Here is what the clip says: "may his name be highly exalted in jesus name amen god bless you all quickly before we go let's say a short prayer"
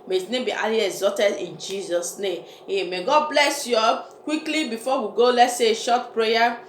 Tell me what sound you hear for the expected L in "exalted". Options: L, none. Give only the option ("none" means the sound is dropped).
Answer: none